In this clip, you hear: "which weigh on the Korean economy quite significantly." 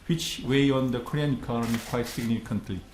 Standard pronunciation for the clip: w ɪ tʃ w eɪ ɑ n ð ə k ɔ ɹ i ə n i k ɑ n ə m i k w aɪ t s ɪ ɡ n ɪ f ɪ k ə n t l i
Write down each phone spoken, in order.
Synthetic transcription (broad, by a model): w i tʃ w eɪ ɑ n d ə k ɔ ɹ i ə n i k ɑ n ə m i k w aɪ t s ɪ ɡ n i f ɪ k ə n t l i